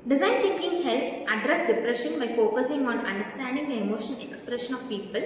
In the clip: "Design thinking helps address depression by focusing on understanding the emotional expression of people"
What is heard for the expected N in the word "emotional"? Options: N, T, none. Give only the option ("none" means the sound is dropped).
none